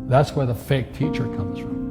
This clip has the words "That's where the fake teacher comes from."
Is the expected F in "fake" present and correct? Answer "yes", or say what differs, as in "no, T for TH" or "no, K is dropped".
yes